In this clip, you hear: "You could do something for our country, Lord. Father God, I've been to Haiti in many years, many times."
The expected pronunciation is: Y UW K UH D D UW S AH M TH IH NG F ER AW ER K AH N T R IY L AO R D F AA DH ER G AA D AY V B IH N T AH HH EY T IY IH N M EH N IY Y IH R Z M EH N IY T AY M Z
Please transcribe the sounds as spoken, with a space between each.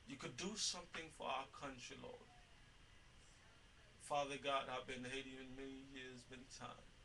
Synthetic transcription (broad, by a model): Y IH K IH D D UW S AH M TH IH NG F ER AW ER K AH N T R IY L AO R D F AA DH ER G AA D AY V B IH N HH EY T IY IH N M EH N IY Y IH R Z M EH N IY T AY M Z